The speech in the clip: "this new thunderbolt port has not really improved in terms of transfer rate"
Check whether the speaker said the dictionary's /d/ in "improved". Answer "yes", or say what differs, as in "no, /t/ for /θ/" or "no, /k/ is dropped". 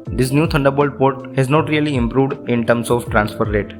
yes